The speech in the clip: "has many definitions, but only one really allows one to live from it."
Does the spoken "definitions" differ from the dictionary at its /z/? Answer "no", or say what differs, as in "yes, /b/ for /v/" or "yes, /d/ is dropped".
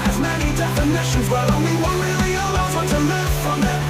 no